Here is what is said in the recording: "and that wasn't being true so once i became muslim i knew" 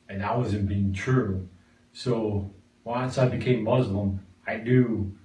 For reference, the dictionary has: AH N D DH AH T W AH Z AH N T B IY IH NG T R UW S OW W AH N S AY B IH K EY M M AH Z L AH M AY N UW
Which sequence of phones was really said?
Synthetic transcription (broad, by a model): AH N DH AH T W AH Z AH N B IY IH NG T R UW S OW W AH N S AY B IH K EY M M AH Z L AH M AY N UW